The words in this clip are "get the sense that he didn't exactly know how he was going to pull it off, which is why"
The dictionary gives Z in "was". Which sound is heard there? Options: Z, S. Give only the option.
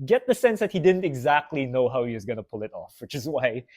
Z